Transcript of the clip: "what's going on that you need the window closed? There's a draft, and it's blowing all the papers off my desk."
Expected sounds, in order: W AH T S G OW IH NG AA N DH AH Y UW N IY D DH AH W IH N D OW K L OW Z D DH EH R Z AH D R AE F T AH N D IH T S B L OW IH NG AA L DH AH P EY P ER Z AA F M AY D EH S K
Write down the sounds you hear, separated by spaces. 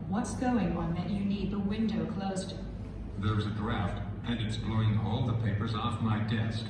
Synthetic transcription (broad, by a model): W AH T S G OW IH NG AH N DH AH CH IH N IY D DH AH W IH N D OW K L OW Z D DH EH R Z AH D R AE F T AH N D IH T S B L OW IH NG AA L DH AH P EY P ER Z AA F M AY D EH S K